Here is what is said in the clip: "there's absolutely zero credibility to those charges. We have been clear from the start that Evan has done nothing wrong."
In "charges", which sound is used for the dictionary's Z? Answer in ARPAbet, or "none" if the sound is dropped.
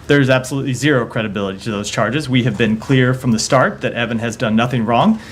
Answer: Z